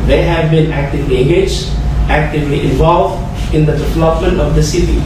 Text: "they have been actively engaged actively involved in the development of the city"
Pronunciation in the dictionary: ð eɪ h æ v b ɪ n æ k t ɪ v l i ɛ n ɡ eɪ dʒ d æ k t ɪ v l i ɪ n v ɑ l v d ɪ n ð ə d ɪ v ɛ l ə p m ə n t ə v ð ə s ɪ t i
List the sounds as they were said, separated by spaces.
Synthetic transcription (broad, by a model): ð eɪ h æ v b ɪ n æ k t ɪ v l i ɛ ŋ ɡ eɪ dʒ æ k t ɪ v l i ɪ n v ɑ l v d ɪ n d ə d ɪ v ɛ l ə p m ə n t ə v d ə s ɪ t i